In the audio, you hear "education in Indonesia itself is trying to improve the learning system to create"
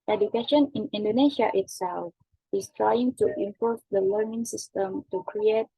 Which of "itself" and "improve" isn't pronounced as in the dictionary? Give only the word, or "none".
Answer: improve